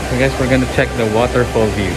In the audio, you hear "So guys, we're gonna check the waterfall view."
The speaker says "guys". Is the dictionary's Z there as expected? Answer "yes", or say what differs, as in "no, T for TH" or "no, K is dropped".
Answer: no, S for Z